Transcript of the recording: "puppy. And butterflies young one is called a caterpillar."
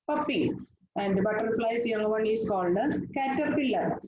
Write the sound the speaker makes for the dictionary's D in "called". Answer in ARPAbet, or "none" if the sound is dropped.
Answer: D